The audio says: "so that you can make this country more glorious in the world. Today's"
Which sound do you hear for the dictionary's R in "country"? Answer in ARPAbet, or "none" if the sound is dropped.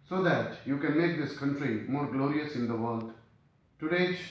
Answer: R